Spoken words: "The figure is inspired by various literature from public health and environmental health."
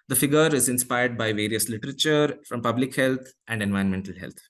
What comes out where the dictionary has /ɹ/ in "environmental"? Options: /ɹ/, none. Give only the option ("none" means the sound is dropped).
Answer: none